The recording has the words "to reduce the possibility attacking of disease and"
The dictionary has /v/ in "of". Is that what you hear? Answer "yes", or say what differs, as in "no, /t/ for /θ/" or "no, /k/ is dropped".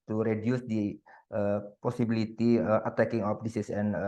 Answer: no, /p/ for /v/